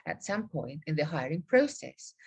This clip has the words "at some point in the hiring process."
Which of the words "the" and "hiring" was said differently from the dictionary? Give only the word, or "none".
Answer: none